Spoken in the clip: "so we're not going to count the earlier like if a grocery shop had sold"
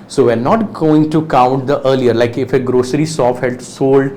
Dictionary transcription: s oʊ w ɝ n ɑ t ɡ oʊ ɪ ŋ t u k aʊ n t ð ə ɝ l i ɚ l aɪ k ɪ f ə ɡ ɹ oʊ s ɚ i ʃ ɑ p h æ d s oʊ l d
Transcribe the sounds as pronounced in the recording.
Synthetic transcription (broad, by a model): s oʊ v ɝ n ɑ t ɡ oʊ ɪ ŋ t u k aʊ n t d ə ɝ l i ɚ l aɪ k ɪ f ə ɡ ɹ oʊ s ɚ i s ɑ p h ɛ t s oʊ l d